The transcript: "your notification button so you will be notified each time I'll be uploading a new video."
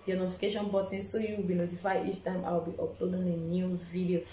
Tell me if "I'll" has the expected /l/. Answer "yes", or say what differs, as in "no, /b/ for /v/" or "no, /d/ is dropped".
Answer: no, /w/ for /l/